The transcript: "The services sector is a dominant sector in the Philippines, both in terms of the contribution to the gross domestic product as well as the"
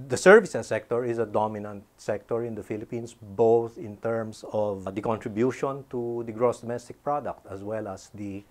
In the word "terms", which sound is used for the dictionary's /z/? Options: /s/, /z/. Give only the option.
/s/